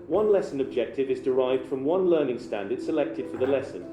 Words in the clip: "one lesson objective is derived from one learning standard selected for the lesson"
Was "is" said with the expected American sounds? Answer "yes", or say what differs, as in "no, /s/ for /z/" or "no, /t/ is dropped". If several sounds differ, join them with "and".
yes